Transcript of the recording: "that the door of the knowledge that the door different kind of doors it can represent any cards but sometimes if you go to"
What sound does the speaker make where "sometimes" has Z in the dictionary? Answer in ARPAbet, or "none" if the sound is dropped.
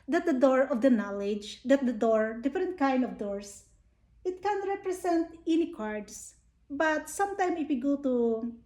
none